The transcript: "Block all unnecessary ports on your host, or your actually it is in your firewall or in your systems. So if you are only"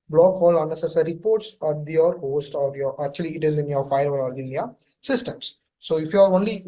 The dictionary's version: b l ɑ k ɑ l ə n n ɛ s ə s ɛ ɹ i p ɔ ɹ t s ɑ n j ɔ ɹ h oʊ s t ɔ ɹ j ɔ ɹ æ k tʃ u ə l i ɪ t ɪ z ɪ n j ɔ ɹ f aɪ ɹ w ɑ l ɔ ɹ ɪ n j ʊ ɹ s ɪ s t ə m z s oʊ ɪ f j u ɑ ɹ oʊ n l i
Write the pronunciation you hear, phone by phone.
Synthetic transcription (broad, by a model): b l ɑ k ɑ l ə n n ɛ s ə s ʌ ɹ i p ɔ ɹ t s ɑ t j ɔ ɹ h oʊ s t ɔ ɹ j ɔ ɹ æ k tʃ u ə l i ɪ t ɪ z ɪ n j ɔ ɹ f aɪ ɹ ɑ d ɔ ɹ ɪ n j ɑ s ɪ s t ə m s oʊ ɪ f j u ɑ ɹ oʊ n l i